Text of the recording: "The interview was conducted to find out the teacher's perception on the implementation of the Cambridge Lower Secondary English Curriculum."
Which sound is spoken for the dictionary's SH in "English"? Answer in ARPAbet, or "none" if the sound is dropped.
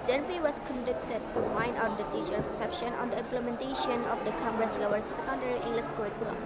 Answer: S